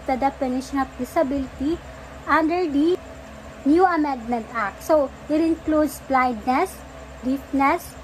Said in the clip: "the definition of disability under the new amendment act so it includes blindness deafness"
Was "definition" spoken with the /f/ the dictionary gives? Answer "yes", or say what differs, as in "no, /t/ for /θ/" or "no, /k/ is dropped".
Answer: no, /p/ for /f/